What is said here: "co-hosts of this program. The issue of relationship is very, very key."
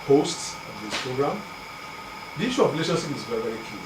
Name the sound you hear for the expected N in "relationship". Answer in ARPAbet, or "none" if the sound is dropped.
none